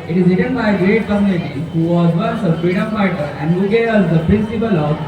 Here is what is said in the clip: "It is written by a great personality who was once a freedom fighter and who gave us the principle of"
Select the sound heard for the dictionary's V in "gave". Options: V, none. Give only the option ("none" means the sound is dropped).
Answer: none